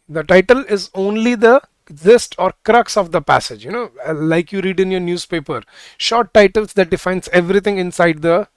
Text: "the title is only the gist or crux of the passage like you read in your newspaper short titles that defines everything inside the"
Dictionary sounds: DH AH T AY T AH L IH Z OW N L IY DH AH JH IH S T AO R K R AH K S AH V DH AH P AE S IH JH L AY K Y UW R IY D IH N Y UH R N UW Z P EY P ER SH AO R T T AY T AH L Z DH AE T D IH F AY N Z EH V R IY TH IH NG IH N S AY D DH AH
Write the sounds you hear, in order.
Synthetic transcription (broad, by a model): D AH T AY T AH L IH Z OW N L IY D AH Z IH S T AO R K R AH K S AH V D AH P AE S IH JH L AY K Y UW R IY D IH N Y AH R N UW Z P EY P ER SH AO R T T AY T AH L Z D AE T D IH F AY N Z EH V R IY T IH NG IH N S AY D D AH